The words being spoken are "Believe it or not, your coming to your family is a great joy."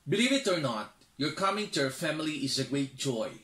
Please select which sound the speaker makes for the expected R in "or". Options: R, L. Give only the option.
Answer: R